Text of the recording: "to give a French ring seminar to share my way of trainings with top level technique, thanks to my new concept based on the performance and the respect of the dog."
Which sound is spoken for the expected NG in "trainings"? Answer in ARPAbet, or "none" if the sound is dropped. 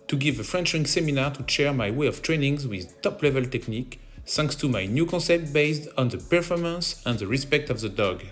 NG